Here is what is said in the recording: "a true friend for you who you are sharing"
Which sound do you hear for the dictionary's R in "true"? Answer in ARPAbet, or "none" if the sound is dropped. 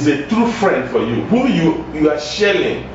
R